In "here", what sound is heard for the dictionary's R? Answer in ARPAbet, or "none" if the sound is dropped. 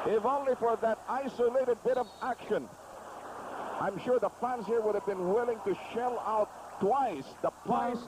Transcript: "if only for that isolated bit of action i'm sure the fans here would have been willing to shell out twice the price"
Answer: R